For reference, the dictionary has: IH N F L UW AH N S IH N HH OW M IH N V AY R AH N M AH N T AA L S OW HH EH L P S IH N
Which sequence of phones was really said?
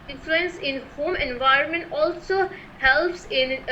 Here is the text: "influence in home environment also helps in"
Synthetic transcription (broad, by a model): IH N F L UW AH N S IH N HH OW M IH N V AY R AH N M AH N T AA L S OW HH EH L P S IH N